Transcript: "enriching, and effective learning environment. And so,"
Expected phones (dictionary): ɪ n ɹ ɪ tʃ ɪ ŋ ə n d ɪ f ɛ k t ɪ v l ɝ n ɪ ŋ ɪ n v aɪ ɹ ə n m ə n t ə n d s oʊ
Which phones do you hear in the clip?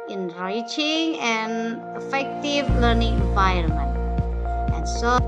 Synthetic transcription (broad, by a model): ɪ n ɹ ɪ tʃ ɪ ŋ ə n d ɪ f ɛ k t ɪ v l ɝ n ɪ ŋ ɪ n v aɪ ə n m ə n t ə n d s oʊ